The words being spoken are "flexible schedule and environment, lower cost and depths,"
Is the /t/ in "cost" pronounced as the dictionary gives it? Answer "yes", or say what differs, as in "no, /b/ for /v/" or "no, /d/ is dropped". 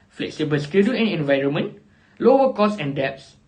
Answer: no, /t/ is dropped